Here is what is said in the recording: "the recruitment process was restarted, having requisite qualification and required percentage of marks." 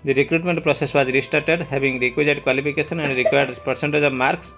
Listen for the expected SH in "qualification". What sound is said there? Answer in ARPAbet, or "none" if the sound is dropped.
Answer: S